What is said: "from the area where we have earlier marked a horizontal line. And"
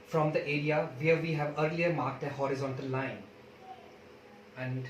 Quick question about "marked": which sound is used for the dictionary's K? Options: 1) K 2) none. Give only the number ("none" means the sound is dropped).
1